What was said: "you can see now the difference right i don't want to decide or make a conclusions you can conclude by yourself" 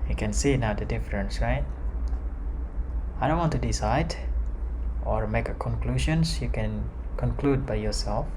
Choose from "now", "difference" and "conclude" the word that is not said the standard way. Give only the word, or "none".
none